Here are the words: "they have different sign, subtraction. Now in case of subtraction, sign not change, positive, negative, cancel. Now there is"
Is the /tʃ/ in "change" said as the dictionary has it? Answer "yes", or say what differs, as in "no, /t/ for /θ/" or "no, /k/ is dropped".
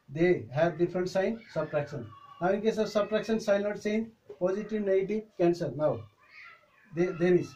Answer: no, /s/ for /tʃ/